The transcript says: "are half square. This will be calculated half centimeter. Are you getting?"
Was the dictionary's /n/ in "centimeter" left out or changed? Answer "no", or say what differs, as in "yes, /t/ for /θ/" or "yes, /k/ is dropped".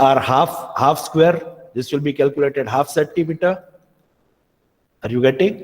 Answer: yes, /n/ is dropped